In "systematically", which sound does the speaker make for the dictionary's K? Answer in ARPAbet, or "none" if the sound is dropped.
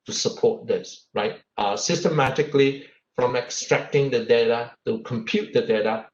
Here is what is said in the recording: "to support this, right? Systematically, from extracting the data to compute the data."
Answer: K